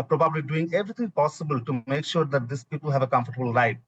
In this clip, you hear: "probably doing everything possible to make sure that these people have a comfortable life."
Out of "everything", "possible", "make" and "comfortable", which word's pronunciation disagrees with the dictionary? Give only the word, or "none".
everything